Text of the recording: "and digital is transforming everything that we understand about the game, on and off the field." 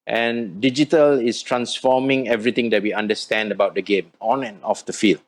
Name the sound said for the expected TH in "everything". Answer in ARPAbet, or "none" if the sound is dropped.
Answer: T